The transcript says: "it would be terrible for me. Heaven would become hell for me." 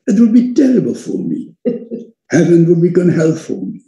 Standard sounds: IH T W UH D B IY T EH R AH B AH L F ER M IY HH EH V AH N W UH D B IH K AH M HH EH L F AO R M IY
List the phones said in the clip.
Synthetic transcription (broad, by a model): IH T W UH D B IY T EH R AH B AH L F ER M IY HH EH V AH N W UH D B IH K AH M HH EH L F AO L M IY